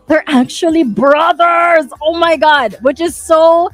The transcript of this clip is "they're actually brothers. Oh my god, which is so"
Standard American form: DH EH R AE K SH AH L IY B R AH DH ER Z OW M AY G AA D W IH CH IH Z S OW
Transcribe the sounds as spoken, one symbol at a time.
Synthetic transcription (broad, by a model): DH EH R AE K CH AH L IY B R AH DH ER Z OW M AY G AA D W IH CH IH Z S OW